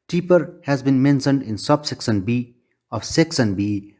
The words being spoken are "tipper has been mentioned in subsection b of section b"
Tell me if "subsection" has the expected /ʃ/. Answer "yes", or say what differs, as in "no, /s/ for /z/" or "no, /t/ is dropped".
no, /s/ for /ʃ/